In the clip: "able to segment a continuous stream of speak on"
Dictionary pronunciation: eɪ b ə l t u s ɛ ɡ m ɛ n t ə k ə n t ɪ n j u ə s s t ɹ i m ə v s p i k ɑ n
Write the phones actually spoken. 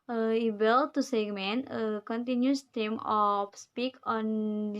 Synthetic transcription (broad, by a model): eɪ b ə l t u s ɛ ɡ m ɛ n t ə k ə n t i n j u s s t i m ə f s p i k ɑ n